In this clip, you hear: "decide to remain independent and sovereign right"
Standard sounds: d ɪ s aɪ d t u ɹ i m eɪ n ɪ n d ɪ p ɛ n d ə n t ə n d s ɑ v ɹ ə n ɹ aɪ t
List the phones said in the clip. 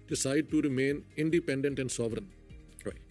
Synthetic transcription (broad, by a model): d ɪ s aɪ d t u ɹ i m eɪ n ɪ n d ɪ p ɛ n d ə n t ə n d s ɑ v ɹ ə n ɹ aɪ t